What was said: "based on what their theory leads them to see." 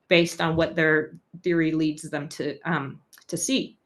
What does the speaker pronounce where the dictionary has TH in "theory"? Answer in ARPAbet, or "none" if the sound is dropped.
TH